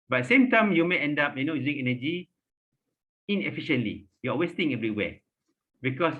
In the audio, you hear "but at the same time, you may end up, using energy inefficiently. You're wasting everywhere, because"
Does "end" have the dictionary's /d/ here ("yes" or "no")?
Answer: yes